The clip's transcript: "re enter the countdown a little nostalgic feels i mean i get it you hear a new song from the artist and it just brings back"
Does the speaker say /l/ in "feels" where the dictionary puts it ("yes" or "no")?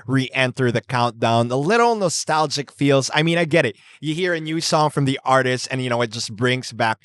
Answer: yes